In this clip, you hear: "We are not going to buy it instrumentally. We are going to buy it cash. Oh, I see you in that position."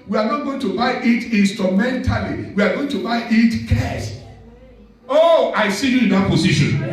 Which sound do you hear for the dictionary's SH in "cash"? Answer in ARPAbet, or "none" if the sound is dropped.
S